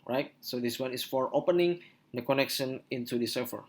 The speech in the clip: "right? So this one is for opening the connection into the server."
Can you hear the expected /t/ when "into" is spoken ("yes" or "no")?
yes